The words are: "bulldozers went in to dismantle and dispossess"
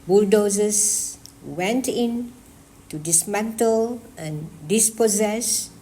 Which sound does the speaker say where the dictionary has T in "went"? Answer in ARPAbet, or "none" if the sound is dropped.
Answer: T